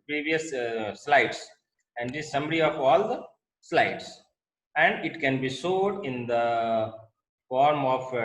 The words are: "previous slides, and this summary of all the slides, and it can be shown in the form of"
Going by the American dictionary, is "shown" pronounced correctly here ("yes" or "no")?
no